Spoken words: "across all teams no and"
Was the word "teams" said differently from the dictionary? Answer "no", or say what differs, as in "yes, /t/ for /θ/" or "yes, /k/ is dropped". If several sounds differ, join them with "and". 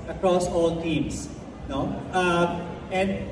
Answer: yes, /s/ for /z/